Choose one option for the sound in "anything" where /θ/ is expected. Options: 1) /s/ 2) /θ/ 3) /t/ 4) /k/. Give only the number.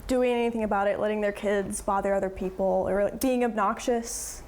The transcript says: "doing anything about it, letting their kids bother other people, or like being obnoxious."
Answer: 2